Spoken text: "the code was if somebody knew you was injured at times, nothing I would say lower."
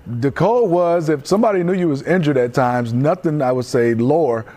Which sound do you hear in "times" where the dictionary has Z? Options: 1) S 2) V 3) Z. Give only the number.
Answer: 3